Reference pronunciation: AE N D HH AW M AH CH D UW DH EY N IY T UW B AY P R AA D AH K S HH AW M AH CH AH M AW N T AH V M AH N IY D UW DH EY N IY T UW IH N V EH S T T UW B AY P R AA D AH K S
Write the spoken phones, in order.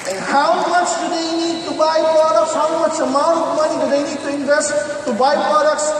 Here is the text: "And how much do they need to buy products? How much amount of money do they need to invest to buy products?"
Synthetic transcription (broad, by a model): HH AW M AH CH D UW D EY N IY T UW B AY P R AA D AH K S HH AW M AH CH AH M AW T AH P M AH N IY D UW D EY N IY T UW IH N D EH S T T UW B AY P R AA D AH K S